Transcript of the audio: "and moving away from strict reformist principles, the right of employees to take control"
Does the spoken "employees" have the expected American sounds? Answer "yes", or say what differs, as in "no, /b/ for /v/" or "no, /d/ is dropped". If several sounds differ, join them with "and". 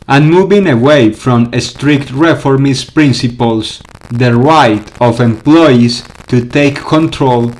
no, /s/ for /z/